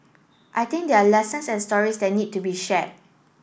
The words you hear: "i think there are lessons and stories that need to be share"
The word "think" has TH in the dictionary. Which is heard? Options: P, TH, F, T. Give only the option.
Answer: T